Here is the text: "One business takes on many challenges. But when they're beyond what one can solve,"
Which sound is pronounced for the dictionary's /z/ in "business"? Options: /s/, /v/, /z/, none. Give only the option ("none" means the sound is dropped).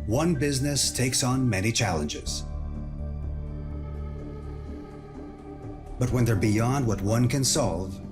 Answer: /z/